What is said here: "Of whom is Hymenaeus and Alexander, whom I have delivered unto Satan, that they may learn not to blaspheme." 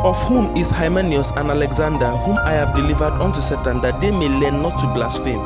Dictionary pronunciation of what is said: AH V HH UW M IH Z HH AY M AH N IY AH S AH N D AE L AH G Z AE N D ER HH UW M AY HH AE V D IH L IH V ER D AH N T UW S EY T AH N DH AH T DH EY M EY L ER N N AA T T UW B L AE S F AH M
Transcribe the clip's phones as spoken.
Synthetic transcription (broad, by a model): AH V HH UW M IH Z HH AY M AH N IY AH S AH N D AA L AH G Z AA N D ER HH UW M AY HH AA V D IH L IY V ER D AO N T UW S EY T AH N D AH T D EY M EY L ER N N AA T T UW B L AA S F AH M